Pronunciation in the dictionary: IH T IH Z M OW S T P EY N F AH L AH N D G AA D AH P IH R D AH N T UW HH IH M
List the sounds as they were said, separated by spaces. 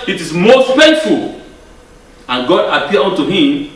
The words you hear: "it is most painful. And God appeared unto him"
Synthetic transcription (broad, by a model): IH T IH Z M OW S T F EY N F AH L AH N G AA D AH P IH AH N T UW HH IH M